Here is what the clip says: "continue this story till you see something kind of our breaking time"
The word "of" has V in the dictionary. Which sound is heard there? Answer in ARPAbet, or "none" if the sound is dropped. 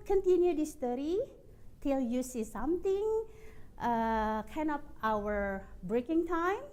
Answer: P